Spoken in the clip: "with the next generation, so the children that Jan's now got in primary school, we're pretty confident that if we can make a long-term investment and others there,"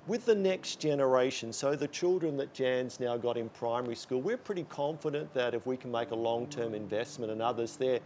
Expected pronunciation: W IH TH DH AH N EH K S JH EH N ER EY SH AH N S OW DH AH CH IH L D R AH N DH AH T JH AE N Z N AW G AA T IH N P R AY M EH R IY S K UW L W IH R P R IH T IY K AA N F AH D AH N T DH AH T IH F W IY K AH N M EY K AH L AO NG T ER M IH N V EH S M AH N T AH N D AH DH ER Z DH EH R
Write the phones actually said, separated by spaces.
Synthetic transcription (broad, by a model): W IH DH AH N EH K S JH EH N ER EY SH AH N S OW DH AH CH IH L D R AH N DH AH T JH AE N Z N AW G AA T IH N P R AY M EH R IY S K UW L W IH R P R IH T IY K AA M F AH D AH N DH AH T IH F W IY K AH N M EY K AH L AO NG T ER M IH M V EH S M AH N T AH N AH DH ER Z DH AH R